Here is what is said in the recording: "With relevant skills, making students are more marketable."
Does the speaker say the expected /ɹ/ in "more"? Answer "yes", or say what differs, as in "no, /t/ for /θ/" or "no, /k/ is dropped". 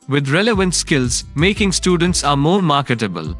yes